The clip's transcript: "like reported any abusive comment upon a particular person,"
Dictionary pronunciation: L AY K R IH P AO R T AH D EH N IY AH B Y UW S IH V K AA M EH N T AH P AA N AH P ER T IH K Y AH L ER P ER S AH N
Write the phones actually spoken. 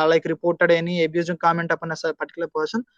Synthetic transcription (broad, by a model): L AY K R IH P AO R T AH D EH N IY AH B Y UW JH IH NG K AA M EH N T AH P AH N AH P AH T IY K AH L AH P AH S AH N